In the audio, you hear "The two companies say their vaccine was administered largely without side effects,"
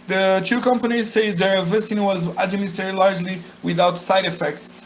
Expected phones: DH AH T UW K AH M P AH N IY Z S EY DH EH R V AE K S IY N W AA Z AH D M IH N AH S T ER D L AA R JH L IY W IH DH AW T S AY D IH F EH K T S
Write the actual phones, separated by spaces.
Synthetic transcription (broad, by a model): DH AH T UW K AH M P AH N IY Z S EY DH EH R V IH S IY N W AA Z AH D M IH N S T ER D L AA R JH L IY W IH DH AW T S AY D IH F EH K T S